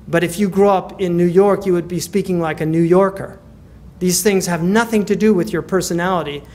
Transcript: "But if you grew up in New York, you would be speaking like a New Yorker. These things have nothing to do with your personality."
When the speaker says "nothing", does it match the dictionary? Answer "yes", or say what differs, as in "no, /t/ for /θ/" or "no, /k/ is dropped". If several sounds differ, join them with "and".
yes